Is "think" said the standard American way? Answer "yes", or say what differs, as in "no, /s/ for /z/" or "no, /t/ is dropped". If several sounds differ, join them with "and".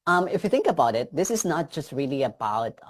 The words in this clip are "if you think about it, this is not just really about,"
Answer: no, /t/ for /θ/